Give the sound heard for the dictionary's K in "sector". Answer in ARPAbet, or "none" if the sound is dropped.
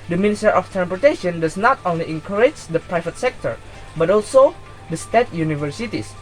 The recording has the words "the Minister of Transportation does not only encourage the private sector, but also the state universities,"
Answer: K